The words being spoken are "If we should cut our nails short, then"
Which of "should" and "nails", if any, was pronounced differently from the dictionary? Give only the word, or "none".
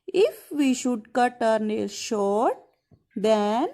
nails